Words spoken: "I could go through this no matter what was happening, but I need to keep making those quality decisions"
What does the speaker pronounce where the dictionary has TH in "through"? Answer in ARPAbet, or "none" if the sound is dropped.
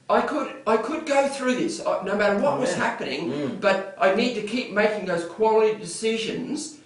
TH